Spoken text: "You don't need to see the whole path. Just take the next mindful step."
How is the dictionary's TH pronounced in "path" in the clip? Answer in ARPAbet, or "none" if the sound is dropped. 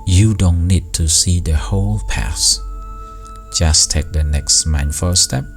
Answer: S